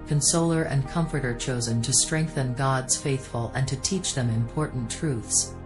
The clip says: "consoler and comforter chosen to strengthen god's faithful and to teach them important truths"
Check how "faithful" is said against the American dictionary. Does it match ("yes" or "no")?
yes